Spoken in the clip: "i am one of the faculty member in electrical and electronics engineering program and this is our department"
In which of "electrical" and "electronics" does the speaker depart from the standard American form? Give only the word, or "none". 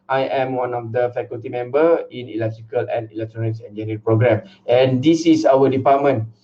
none